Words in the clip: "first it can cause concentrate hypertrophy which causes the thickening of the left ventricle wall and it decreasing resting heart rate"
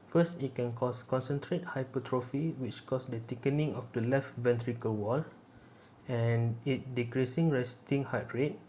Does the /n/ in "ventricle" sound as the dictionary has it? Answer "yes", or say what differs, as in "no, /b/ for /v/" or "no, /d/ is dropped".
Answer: yes